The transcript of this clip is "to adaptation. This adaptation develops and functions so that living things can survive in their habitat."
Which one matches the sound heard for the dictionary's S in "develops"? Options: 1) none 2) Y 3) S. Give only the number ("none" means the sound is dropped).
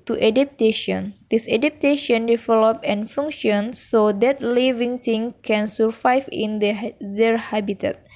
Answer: 1